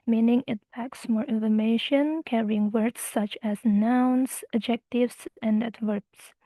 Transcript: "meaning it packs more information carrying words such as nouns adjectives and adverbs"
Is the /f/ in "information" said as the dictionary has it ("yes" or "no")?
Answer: yes